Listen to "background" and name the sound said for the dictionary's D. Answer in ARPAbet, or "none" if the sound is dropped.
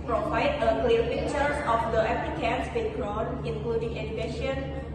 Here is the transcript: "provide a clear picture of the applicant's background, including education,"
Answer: none